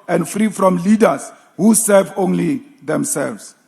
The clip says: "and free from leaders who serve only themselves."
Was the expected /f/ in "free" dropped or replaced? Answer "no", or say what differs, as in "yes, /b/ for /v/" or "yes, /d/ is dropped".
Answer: no